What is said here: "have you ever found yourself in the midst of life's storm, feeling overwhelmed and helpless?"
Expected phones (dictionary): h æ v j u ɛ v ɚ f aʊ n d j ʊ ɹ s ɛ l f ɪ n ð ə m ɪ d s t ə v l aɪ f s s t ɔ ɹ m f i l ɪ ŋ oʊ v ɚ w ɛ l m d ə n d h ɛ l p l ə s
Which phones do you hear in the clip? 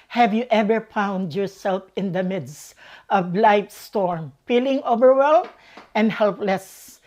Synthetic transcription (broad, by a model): h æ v j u ɛ v ɚ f aʊ n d j ʊ ɹ s ɛ l f ɪ n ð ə m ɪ d s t ə v l aɪ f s s t ɔ ɹ m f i l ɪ ŋ oʊ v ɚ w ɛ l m ə n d h ɛ l p l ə s